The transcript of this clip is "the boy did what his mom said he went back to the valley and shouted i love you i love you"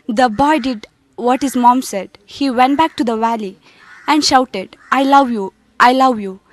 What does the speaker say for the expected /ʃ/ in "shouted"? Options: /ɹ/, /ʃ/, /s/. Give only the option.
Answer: /ʃ/